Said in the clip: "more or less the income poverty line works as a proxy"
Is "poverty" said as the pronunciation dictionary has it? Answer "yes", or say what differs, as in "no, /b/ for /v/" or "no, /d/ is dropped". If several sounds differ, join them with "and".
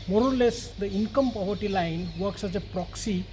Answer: no, /b/ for /v/